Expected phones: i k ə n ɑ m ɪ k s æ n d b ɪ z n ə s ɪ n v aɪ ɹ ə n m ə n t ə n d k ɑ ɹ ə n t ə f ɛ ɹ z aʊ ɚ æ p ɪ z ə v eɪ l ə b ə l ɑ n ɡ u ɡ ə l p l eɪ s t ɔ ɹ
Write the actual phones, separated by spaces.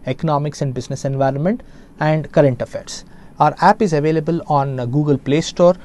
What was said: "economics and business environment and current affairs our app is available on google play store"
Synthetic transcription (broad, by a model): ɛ k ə n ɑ m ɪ k s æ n d b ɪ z n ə s ɪ n v aɪ ɹ ə n m ə n t ə n d k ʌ ɹ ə n t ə f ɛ ɹ s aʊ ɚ æ p ɪ z ə v eɪ l ə b ə l ɑ n ɡ u ɡ ə l p l eɪ s t ɔ ɹ